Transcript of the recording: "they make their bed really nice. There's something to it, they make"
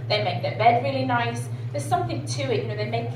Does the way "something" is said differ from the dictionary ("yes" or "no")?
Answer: no